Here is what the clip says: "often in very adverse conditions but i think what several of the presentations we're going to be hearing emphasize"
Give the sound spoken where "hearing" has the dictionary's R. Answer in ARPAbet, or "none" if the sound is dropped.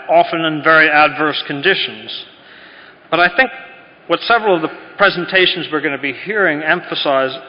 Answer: R